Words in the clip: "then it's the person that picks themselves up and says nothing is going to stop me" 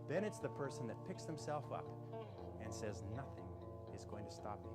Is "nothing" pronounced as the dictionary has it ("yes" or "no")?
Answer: yes